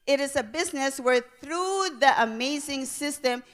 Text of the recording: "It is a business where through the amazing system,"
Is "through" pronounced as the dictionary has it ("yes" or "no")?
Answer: yes